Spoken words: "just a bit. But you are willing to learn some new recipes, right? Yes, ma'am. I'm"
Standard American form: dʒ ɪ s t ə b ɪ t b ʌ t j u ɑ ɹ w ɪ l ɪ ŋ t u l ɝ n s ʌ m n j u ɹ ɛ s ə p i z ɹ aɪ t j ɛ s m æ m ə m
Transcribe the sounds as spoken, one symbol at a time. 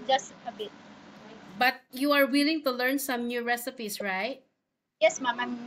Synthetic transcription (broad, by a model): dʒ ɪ s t ə b ɪ t b ʌ t j u ɑ ɹ w ɪ l ɪ ŋ t u l ɝ n s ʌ m n j u ɹ ɛ s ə p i s ɹ aɪ t j ɛ s m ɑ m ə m